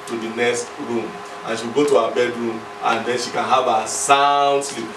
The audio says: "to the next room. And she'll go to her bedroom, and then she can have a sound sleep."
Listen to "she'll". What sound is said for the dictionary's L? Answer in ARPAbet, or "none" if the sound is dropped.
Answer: W